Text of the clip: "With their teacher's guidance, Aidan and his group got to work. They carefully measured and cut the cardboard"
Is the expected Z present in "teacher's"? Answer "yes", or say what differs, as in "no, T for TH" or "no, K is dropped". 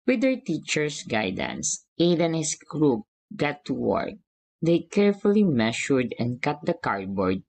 no, S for Z